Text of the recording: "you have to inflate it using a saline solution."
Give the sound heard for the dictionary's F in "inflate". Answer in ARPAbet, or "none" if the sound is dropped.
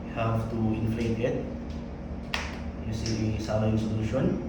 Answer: F